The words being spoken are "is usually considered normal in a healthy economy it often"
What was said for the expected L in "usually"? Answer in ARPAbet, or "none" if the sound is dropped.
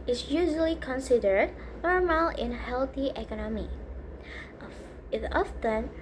L